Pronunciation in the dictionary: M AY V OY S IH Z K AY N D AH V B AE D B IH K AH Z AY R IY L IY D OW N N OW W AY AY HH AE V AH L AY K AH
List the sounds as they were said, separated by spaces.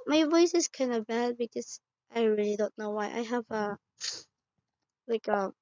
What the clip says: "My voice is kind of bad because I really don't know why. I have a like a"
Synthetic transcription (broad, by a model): M AY V OY S IH Z K AY N D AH B AE D B IH K AH Z AY R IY L IY D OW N N OW W AY AY HH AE V AH L AY K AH